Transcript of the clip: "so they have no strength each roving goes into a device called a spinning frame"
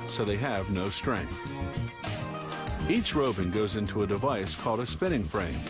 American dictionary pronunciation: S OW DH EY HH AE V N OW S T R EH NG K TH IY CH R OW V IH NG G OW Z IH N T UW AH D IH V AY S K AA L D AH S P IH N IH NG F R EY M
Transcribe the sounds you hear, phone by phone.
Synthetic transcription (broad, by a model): S OW DH EY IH V N OW S T R EH NG K TH IY CH R OW B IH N G OW Z IH N T UW AH D IH V AY S K AA L D AH S P IH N IH NG F R EY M